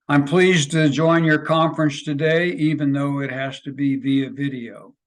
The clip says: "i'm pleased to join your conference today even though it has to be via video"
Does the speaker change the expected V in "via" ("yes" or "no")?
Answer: no